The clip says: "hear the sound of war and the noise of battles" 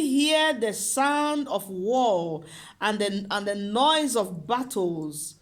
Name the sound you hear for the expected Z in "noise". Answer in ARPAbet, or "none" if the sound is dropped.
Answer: Z